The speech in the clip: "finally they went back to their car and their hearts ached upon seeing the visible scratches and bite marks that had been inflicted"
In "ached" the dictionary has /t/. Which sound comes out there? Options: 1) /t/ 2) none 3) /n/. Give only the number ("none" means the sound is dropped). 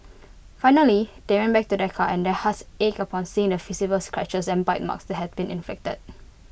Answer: 2